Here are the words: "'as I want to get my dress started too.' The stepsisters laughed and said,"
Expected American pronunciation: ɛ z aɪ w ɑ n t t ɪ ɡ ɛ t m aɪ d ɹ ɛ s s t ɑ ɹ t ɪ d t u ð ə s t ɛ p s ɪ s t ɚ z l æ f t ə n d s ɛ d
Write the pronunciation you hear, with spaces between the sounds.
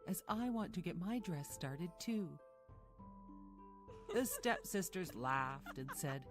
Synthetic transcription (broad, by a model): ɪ z aɪ w ɑ n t t ɪ ɡ ɛ t m aɪ d ɹ ɛ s s t ɑ ɹ t ɪ d t u ð ə s t ɛ p s ɪ s t ɚ z l æ f t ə n s ɛ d